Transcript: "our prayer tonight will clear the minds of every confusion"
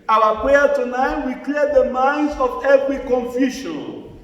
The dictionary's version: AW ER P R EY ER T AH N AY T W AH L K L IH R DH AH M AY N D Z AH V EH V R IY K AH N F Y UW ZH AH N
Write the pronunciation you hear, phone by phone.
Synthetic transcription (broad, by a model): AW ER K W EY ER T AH N AY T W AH K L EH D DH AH M AY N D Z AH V EH V R IY K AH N F Y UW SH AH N